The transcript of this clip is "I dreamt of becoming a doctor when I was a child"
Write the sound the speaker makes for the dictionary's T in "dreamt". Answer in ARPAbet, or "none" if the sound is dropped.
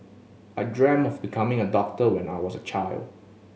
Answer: none